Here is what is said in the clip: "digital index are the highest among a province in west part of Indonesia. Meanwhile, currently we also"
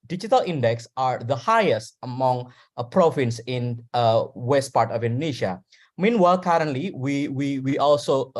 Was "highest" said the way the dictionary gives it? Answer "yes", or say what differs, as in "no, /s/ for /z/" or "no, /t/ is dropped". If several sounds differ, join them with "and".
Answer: yes